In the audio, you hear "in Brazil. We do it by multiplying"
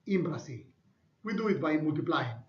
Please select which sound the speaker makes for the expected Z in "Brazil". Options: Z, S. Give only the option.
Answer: S